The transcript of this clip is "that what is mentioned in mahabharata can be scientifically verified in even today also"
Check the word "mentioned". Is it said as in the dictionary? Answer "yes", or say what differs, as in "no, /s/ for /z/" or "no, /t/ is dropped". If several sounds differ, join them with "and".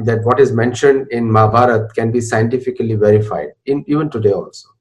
yes